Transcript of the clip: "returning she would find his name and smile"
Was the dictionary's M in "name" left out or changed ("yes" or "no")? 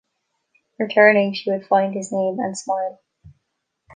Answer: no